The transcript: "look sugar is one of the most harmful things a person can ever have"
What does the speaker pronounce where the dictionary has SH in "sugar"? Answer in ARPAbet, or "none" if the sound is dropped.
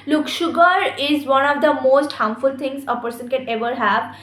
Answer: SH